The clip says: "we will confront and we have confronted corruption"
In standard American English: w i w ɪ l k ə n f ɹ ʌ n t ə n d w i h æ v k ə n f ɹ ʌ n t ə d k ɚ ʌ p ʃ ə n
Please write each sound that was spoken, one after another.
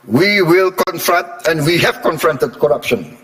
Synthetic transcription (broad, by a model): w i w ɪ l k ə n f ɹ ʌ n t ə n d w i h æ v k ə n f ɹ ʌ n t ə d k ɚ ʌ p ʃ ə n